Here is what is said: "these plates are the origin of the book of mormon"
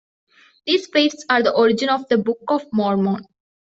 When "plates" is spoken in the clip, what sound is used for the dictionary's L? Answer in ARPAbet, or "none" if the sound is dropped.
none